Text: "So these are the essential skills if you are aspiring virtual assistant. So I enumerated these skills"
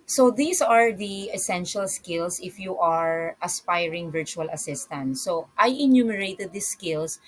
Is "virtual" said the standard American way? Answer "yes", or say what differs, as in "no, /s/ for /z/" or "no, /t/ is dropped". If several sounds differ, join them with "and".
yes